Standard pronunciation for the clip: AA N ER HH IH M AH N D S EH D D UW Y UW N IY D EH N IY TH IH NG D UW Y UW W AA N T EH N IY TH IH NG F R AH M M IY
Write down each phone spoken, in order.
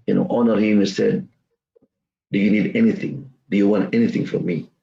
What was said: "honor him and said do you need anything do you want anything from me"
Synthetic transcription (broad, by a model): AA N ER HH IH M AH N S EH D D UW Y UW N IY D EH N IY TH IH NG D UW Y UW W AA N T EH N IY TH IH NG F R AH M M IY